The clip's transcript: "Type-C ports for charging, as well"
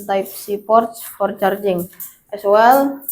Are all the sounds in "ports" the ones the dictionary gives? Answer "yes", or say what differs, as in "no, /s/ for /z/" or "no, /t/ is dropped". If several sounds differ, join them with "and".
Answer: yes